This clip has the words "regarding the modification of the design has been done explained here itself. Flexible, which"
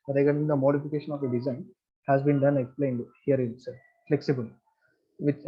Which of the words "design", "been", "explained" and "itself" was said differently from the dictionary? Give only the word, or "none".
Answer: itself